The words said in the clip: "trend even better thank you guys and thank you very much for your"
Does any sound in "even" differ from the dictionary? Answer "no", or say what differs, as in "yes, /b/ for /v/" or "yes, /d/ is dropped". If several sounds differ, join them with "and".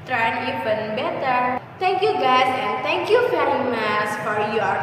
yes, /p/ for /v/